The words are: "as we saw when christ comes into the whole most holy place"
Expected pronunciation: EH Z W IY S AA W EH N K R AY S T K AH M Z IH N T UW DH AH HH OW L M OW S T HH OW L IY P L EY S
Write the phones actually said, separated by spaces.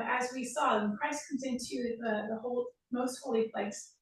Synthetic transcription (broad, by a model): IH Z W IY S AA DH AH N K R AY S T K AH M Z IH N T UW DH AH HH OW L M OW S T HH OW L IY P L EY S